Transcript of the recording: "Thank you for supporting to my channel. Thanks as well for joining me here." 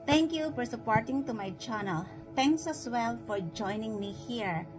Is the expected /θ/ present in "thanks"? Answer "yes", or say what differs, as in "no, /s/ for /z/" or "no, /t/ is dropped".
no, /t/ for /θ/